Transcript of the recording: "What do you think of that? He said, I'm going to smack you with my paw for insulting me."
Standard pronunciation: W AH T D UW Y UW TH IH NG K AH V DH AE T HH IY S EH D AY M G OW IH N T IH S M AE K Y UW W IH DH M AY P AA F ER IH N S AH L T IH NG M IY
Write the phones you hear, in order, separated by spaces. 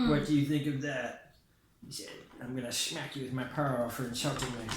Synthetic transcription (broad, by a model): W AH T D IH Y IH TH IH NG K AH V DH AE T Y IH S EH D AY M G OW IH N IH S M AE K Y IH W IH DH M AY P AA F ER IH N SH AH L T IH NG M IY